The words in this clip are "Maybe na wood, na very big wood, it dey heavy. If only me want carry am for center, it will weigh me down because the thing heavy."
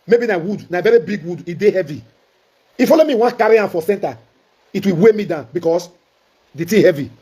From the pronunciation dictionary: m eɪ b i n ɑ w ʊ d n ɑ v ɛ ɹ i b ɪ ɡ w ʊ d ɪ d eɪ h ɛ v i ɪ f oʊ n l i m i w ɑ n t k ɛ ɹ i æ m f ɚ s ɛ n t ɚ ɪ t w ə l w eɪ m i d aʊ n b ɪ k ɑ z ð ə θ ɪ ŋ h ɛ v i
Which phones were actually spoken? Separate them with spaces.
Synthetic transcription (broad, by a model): m eɪ b i n ɑ w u d n ɑ v ɛ ɹ i b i ɡ w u d ɪ d eɪ h ɛ v i ɪ f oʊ l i m i w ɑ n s k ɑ ɹ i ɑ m f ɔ s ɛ n t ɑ ɪ t w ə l w eɪ m i d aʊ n b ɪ k ɑ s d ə t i h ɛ v i